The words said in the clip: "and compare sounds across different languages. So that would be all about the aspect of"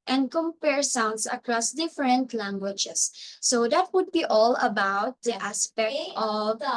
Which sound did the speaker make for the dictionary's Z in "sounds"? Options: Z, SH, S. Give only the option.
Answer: S